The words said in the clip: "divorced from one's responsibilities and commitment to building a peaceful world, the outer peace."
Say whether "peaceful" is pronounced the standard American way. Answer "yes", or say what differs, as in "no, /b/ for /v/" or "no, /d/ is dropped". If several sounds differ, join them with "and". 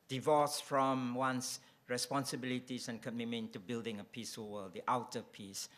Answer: no, /f/ is dropped